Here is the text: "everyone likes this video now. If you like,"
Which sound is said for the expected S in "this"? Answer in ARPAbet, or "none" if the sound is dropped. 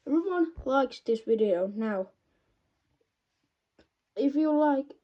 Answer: S